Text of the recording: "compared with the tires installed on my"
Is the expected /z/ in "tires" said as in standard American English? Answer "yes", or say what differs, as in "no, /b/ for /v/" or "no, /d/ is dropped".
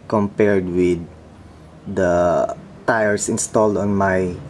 no, /s/ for /z/